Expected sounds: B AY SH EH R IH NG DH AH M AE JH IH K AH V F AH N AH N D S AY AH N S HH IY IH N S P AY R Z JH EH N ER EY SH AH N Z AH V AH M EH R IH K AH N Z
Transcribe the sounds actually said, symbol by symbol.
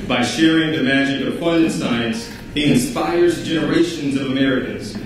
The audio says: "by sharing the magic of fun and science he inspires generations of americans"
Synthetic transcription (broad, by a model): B AY SH EH R IH NG DH AH M AE JH IH K AH V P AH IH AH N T S AY AH N S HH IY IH N S P AY R Z JH EH N ER EY SH AH N Z AH V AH M EH R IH K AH N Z